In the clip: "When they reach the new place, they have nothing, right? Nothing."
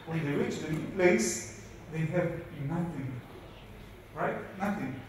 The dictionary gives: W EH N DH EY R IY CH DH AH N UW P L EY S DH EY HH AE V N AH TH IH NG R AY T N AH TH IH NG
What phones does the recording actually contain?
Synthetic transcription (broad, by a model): W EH N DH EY W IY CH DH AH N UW P L EY S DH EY HH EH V N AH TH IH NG R AY T N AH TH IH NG